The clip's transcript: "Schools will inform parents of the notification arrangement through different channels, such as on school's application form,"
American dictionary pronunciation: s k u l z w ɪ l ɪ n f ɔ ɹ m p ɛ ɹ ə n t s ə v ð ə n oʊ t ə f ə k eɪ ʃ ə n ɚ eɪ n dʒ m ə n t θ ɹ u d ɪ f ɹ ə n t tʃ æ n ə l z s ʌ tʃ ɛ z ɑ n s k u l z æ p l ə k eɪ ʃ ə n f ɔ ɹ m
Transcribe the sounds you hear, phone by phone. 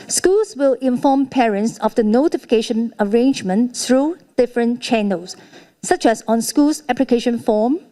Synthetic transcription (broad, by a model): s k u l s w ɪ l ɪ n f ɔ m p ɛ ɹ ə n t s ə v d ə n oʊ t ə f ə k eɪ ʃ ə n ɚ eɪ n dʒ m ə n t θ ɹ u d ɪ f ɹ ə n tʃ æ n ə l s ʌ tʃ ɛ s ɑ n s k u l s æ p l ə k eɪ ʃ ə n f ɔ m